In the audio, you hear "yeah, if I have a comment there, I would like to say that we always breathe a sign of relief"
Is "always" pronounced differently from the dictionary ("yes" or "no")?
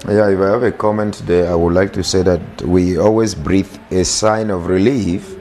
no